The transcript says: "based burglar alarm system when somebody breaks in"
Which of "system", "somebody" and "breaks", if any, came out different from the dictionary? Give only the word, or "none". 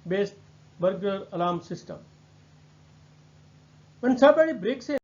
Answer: somebody